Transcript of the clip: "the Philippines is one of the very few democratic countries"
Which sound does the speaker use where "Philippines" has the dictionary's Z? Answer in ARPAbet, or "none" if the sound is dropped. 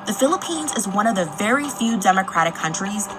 Z